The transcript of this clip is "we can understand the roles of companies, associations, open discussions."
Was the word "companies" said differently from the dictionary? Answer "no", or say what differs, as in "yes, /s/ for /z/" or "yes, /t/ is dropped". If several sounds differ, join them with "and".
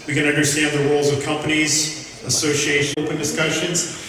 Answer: no